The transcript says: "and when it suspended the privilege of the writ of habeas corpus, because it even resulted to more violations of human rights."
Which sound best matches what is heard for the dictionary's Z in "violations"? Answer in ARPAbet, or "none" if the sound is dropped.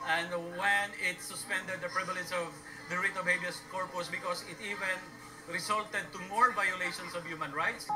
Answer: S